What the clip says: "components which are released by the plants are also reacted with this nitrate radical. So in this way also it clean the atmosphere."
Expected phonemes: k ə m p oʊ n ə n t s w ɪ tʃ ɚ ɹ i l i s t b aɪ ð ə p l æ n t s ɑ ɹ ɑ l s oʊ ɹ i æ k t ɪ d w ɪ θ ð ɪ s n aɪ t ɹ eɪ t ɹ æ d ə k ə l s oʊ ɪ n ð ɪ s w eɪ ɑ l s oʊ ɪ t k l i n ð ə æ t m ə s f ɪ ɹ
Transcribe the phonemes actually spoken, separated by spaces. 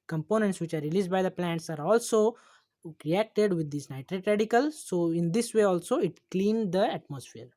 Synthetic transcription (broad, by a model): k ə m p oʊ n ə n t s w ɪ tʃ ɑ ɹ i l i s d b aɪ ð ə p l æ n t s ɑ ɹ ɑ l s oʊ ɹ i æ k t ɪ d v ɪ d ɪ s n aɪ t ɹ eɪ t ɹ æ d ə k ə l s oʊ ɪ n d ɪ s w eɪ ɑ l s oʊ ɪ t k l i n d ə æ t m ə s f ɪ ɹ